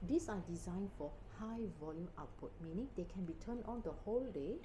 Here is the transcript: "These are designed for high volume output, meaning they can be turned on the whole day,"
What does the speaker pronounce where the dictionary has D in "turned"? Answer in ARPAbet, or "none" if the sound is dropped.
none